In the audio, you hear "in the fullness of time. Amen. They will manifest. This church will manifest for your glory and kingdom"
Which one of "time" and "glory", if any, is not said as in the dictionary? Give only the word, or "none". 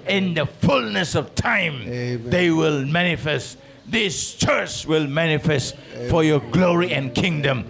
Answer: time